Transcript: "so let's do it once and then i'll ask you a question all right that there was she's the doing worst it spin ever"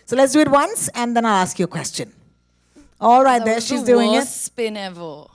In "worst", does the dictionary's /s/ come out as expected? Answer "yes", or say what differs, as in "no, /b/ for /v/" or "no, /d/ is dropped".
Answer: no, /s/ is dropped